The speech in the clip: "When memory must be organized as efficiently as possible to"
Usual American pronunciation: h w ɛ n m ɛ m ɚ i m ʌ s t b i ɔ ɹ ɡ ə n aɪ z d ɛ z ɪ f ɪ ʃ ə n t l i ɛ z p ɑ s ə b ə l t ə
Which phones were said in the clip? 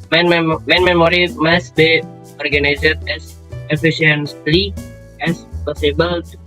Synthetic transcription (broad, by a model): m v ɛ n m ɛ m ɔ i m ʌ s b i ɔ ɹ ɡ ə n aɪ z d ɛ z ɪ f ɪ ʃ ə n s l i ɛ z p ɑ s ə b ə l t